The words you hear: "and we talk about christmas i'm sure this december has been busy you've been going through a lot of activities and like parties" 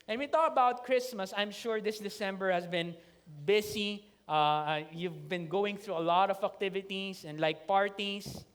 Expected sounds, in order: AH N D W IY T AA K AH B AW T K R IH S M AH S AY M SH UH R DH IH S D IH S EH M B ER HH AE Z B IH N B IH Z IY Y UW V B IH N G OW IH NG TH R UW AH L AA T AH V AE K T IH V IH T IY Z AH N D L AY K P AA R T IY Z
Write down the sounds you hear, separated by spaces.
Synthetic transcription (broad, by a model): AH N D W IY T AA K AH B AW T K R IH S M AH S AY M SH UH R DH IH S D IH S EH M B ER HH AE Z B IH N B IH S IY Y UW V B IH N G OW IH NG TH R UW AH L AA T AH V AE K T IH V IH T IY S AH N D L AY K P AA R T IY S